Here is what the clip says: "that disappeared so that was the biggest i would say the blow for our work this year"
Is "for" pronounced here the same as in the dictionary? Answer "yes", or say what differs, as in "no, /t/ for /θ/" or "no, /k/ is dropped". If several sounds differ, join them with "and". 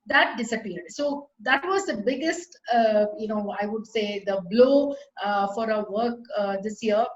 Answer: yes